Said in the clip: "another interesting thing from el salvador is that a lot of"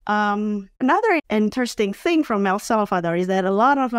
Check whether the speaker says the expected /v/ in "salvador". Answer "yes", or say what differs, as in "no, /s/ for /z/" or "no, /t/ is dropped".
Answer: no, /f/ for /v/